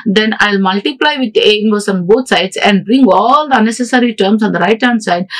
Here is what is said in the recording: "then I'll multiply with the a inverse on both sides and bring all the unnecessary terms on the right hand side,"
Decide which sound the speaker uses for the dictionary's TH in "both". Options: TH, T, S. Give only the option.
T